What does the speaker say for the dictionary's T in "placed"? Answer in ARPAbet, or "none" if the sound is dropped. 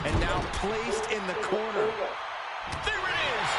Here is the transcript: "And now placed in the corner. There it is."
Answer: T